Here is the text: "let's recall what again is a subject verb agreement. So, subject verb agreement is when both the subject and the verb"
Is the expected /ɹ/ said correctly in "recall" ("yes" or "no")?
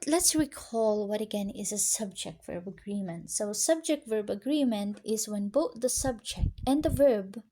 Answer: yes